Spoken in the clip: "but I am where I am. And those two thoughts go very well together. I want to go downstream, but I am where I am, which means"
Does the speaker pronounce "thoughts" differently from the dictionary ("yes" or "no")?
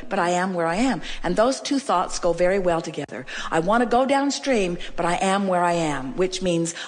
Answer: no